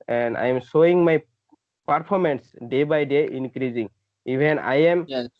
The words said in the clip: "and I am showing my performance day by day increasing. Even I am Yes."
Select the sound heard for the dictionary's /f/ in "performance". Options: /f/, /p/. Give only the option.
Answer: /p/